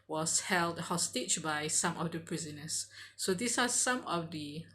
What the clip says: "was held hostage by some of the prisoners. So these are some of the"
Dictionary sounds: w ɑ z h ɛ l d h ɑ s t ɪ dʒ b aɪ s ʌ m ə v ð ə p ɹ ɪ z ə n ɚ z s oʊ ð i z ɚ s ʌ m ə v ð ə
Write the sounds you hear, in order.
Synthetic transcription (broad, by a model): w ɑ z h ɛ l d h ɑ s t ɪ tʃ b aɪ s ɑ m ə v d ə p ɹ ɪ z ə n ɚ s oʊ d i s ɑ s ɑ m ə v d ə